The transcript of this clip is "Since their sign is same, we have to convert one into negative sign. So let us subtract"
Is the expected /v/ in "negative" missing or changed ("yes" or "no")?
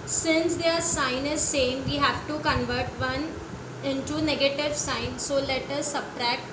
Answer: no